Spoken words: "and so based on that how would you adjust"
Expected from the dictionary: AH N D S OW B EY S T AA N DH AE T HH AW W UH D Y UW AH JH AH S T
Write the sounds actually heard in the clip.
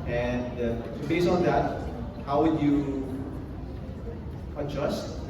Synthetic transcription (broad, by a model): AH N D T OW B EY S AA N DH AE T HH AW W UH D Y UW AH JH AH S T